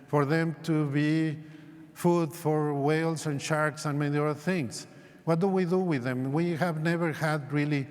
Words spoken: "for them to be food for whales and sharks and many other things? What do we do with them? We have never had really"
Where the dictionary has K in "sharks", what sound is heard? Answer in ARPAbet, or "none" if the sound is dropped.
K